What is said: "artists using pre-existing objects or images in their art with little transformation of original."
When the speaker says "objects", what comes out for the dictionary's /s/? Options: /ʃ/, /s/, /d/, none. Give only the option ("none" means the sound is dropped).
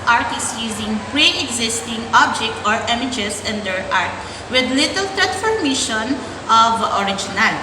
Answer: none